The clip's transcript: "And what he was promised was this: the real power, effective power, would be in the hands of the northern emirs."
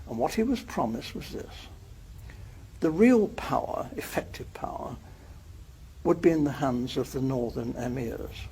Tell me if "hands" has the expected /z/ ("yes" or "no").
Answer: yes